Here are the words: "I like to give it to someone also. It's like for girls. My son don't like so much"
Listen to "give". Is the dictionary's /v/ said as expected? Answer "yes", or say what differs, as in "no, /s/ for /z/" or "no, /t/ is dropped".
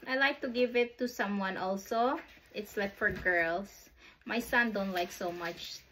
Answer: yes